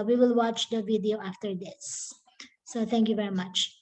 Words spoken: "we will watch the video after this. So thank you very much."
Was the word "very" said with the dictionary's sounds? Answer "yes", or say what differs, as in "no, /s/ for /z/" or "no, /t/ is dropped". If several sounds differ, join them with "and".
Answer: yes